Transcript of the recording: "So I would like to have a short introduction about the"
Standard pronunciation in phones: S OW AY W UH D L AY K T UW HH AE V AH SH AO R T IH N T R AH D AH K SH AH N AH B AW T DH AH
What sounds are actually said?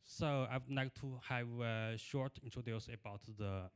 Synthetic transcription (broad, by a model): S OW AY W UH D N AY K T UW HH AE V AH SH AO R T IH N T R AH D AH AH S AH B AW T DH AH